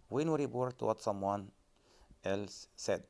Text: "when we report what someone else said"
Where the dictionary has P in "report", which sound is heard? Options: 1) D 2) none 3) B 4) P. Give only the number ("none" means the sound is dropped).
3